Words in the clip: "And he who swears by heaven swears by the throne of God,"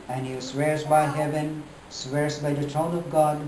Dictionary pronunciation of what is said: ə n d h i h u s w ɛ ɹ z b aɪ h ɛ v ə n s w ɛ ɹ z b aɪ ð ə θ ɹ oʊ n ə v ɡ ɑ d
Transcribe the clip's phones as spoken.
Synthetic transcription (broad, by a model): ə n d h i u s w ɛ ɹ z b aɪ h ɛ v ə n s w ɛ ɹ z b aɪ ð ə t ɹ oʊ n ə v ɡ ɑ d